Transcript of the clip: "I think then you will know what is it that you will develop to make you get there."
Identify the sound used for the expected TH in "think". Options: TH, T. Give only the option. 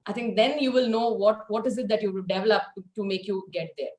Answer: T